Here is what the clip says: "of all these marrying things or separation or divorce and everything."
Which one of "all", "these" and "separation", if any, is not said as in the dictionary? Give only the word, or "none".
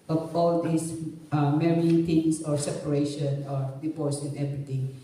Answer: these